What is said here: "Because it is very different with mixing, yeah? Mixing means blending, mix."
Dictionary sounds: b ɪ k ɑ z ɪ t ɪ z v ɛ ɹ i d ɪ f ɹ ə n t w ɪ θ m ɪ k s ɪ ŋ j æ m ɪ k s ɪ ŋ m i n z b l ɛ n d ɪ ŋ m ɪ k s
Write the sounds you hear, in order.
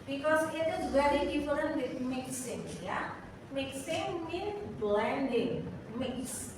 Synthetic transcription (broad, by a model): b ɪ k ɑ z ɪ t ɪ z w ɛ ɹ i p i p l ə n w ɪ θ m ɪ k s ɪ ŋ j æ m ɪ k s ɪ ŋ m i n b l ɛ n d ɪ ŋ m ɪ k s